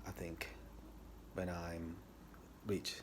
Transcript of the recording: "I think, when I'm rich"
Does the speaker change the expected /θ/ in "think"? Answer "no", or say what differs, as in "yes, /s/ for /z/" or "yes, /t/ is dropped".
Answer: no